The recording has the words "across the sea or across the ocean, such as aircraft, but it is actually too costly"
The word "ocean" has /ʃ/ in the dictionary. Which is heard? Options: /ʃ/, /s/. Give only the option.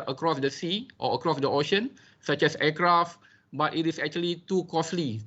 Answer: /ʃ/